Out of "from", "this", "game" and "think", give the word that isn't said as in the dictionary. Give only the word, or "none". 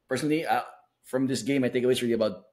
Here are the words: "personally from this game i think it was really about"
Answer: think